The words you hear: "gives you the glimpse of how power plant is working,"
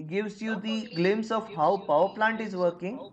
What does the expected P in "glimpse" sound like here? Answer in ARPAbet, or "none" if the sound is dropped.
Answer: none